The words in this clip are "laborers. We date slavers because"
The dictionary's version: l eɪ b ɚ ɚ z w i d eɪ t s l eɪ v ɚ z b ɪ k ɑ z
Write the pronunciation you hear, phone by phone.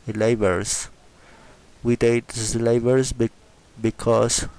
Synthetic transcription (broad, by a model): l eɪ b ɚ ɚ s w i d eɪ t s l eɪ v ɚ s b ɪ k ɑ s